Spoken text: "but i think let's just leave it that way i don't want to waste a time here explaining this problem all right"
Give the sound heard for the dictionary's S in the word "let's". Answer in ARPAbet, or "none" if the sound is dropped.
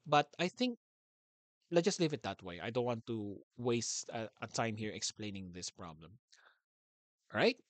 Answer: none